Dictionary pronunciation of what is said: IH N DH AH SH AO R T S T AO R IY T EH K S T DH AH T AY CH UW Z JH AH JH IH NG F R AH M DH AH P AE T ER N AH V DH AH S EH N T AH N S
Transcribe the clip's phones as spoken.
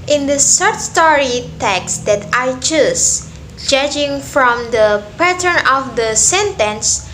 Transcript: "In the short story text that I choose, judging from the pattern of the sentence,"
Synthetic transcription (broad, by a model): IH N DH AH S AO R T S T AO R IY T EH K S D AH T AY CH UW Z JH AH JH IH NG F R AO M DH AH P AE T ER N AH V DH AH S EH N T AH N S